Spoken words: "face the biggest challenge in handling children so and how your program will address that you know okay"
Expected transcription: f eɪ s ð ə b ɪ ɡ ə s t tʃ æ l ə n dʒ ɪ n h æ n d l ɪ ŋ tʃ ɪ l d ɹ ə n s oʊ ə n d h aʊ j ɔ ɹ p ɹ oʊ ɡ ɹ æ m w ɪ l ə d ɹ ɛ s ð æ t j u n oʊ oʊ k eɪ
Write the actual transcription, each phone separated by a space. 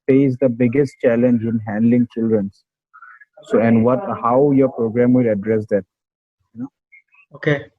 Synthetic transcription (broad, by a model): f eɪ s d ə b ɪ ɡ ə s t tʃ æ l ə n dʒ ɪ n h æ n d l ɪ ŋ tʃ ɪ l d ɹ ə n s oʊ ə n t h aʊ j ɔ ɹ p ɹ oʊ ɡ ɹ æ m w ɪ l ə d ɹ ɛ s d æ t j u n oʊ oʊ k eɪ